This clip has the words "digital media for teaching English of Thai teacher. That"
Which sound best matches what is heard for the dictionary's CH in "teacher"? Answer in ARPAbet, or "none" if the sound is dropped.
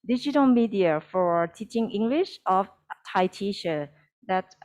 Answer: SH